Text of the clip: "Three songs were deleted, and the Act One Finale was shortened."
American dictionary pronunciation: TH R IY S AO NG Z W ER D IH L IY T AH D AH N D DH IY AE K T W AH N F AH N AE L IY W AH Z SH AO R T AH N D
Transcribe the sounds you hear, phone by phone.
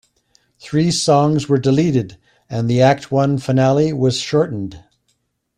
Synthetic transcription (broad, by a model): TH R IY S AO NG Z W ER D IH L IY T AH D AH N DH IY AE K T W AH N F AH N AE L IY W AH Z SH AO R T N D